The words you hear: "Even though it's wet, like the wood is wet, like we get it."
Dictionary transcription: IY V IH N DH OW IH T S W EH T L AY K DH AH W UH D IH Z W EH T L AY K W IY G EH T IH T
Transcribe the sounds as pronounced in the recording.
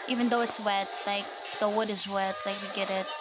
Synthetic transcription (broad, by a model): IY V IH N DH OW IH T S W EH T L AY K DH AH W UH D IH Z W EH T L AY K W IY G EH T IH T